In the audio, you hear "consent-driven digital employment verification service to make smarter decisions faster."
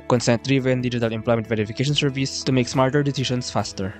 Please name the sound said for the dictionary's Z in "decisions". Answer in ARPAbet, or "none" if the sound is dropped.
S